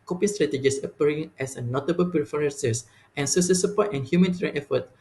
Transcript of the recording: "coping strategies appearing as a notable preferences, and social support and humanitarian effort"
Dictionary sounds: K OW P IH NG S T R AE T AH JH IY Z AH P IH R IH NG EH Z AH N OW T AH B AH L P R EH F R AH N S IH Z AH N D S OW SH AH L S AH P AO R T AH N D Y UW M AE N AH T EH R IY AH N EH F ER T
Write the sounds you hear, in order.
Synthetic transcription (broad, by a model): K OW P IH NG S T R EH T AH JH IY S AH P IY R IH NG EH S AH N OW T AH B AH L P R F R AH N S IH S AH N S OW S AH S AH P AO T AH N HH Y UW M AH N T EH R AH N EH F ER T